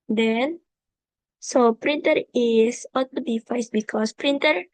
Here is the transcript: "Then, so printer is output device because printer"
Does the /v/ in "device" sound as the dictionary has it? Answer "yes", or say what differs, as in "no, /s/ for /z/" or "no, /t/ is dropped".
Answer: no, /f/ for /v/